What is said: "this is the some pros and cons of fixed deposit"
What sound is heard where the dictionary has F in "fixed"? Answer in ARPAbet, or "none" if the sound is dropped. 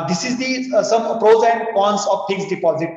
P